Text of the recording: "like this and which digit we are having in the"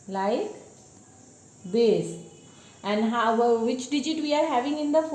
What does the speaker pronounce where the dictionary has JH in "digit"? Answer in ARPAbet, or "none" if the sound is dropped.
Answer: JH